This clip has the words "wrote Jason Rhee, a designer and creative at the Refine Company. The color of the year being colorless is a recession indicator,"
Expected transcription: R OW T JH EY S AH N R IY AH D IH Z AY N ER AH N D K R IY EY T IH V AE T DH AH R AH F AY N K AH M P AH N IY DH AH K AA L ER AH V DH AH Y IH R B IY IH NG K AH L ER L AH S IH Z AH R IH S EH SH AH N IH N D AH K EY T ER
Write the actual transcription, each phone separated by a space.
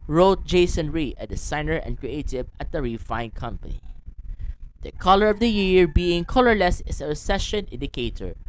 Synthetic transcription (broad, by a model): R OW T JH EY S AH N R IY AH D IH S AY N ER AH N K R IY EY T IH V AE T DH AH R AH F AY N K AH M P AH N IY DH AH K AA L ER AH V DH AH Y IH R B IY IH NG K AH L ER L AH S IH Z AH R IH S EH SH AH N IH N D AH K EY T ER